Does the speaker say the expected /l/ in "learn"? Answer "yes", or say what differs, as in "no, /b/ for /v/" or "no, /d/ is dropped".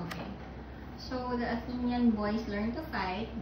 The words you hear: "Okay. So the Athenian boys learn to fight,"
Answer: yes